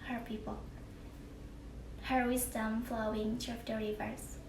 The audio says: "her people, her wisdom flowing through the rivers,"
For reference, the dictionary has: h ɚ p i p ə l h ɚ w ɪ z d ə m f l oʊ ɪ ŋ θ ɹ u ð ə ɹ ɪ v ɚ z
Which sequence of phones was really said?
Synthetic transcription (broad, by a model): h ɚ p i p ə l h ɚ w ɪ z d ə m f l oʊ ɪ ŋ t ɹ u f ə ɹ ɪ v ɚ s